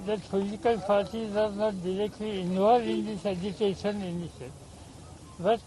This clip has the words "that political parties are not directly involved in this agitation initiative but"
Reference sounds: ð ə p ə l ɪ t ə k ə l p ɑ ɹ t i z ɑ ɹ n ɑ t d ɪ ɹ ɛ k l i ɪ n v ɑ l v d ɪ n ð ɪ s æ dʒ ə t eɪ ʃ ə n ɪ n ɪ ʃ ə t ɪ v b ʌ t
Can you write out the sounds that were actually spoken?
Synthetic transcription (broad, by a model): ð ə f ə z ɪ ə k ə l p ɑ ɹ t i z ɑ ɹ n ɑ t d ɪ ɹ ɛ k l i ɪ n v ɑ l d ɪ n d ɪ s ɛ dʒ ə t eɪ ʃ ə n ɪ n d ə s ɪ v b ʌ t